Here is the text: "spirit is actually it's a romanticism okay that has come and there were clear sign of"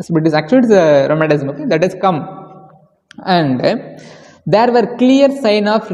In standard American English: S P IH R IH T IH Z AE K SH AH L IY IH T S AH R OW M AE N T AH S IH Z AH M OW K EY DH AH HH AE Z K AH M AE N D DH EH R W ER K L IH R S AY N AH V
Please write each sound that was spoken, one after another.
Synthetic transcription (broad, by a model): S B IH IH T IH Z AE K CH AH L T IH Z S AH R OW M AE T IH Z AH M OW K EY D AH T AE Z K AH M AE N D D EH R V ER K L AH R S AY N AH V